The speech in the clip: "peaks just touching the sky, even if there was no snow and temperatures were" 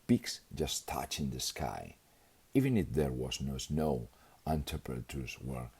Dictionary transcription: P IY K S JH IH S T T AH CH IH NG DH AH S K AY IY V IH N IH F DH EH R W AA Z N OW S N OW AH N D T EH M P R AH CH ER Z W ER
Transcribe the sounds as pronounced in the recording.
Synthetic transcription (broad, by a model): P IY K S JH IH S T T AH CH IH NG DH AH S K AY IY V IH N IH F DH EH R W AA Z N OW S N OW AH N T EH P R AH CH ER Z W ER